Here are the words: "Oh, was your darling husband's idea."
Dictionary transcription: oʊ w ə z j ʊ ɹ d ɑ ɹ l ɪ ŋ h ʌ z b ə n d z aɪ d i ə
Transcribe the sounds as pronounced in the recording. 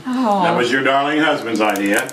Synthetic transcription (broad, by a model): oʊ w ə z j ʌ ɹ d ɑ ɹ l ɪ ŋ h ʌ z b ə n d z aɪ d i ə